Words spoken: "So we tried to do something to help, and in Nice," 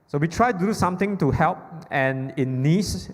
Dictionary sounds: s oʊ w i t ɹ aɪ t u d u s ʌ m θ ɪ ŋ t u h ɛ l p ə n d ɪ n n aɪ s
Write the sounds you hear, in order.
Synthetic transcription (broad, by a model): s oʊ w i t ɹ aɪ t u d u s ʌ m t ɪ ŋ t u h ɛ l p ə n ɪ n n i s